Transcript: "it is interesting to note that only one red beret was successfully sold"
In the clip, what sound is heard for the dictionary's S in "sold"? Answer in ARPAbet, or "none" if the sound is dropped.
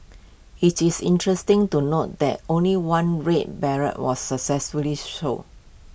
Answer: SH